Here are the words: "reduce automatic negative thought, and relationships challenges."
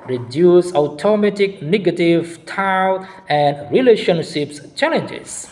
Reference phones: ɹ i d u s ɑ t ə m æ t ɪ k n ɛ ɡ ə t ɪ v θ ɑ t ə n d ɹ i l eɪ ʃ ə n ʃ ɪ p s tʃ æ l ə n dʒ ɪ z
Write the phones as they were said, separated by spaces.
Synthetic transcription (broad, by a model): ɹ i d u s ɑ t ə m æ t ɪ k n ɛ ɡ ə t ɪ v t ɑ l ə n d ɹ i l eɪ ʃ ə n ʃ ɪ p s tʃ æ l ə n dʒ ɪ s